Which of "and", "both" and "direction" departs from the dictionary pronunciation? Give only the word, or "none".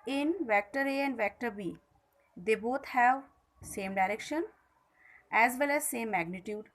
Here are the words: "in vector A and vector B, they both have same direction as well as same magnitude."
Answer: both